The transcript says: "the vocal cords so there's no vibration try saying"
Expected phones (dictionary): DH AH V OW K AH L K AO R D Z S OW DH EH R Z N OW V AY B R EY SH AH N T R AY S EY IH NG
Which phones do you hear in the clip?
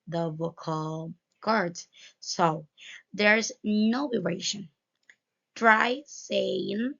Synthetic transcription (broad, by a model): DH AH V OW K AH L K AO R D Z S OW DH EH R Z N OW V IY R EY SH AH N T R AY S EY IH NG